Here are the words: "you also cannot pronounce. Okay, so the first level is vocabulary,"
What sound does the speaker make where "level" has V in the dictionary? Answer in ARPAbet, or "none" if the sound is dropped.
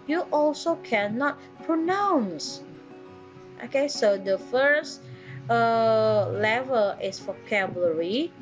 V